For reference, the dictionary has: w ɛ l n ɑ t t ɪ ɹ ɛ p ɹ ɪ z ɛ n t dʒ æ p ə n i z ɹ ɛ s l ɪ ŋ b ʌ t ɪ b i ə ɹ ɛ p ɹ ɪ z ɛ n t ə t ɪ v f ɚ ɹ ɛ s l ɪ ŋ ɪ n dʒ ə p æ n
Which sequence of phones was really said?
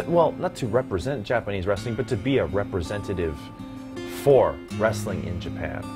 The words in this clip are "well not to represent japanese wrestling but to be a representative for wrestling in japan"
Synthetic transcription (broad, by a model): w ɛ l n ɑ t t ɪ ɹ ɛ p ɹ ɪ z ɛ n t dʒ æ p ə n i z ɹ ɛ s l ɪ ŋ b ʌ t ɪ b i ə ɹ ɛ p ɹ ɪ z ɛ n t ə t ɪ v f ɚ ɹ ɛ s l ɪ ŋ ɪ n dʒ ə p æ n